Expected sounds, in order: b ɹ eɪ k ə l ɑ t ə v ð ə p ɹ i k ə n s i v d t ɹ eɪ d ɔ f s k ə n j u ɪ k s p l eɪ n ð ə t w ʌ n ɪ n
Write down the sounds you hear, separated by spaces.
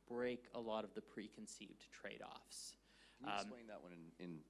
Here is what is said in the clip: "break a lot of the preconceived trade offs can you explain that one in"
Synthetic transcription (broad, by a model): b ɹ eɪ k ə l ɑ t ə v ð ə p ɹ i k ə n s i v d t ɹ eɪ d ɔ f s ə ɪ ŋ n ð ə t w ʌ n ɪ n